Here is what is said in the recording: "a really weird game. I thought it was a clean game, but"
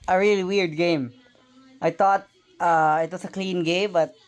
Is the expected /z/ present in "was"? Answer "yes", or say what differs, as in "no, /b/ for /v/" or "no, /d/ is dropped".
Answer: no, /s/ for /z/